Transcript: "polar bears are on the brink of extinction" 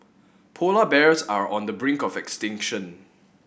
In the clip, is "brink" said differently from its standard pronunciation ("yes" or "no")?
no